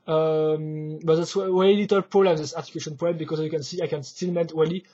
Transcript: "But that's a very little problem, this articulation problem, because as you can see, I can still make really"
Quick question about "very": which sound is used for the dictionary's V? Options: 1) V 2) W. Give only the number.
2